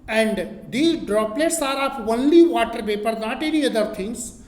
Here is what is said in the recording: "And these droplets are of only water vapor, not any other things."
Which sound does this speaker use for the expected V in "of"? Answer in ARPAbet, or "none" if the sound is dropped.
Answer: P